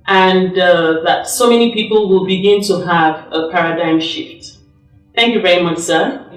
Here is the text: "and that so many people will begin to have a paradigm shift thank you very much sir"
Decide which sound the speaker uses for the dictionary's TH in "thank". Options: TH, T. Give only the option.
TH